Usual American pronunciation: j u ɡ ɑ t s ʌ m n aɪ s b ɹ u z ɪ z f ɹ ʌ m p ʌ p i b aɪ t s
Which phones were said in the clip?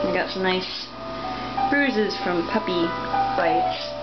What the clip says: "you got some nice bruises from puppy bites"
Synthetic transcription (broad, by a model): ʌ ɡ ɑ t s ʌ n aɪ s b ɹ u z ɪ z f ɹ ʌ m p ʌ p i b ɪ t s